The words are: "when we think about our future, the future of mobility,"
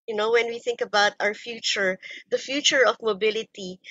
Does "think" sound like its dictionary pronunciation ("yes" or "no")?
yes